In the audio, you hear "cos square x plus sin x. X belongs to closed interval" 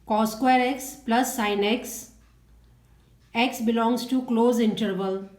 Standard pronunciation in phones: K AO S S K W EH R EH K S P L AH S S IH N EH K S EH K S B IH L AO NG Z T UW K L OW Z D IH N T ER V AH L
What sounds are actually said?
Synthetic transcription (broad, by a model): K AO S S K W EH R EH K S P L AH S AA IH N EH K S EH K S B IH L AO NG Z T UW K L OW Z IH N T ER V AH L